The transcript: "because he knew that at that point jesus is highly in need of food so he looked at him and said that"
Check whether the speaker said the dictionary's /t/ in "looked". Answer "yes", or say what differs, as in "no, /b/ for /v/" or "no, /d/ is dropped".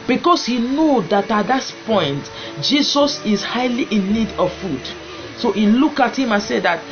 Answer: no, /t/ is dropped